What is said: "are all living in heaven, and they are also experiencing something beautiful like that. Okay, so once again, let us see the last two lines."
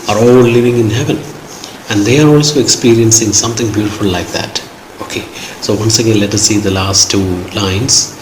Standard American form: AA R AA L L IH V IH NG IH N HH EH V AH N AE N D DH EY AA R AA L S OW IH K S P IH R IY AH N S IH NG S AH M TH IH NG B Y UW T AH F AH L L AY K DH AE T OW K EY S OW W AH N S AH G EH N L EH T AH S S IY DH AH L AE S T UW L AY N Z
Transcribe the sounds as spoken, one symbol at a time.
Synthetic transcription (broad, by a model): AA R AA L L IH V IH NG IH N HH EH V AH N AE N D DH EY AA R AA L S OW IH K S P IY R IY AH N S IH NG S AH M T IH NG B Y UW T AH F AH L L AY K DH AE T OW K EY S OW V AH N S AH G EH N L EH T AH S S IY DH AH L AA S T UW L AY N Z